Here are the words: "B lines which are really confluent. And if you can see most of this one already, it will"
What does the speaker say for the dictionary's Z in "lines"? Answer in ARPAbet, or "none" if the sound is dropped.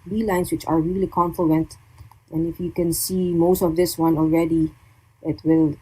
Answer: S